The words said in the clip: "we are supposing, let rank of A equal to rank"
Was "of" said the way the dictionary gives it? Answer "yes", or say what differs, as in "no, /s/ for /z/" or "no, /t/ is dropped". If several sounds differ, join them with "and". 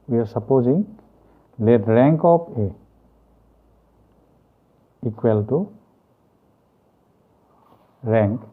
no, /p/ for /v/